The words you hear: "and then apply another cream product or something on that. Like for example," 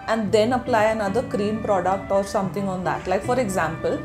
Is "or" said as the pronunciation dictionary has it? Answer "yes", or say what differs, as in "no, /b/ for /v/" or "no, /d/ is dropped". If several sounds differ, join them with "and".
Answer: yes